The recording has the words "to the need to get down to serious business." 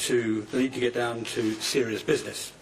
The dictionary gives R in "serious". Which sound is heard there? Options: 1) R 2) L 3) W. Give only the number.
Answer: 1